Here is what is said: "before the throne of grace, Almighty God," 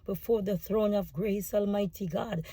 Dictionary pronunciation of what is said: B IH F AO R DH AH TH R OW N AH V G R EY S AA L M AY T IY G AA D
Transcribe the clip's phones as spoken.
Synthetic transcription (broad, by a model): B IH F AO R DH AH TH R OW N AH V G R EY S AA L M AY T IY G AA D